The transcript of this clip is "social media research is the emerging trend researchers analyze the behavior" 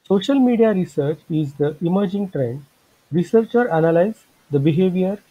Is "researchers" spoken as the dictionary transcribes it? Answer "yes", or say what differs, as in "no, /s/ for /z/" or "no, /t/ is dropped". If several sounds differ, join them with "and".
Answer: no, /z/ is dropped